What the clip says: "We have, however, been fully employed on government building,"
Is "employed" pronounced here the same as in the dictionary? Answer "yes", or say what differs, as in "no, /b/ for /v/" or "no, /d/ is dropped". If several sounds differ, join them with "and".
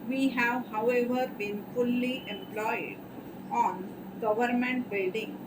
yes